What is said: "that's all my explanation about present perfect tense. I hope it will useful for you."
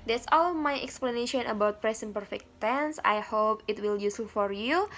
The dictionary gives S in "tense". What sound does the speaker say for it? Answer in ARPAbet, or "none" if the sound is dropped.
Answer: S